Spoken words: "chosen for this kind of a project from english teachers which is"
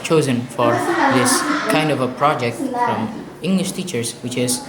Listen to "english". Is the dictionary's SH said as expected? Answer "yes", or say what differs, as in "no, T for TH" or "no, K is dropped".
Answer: yes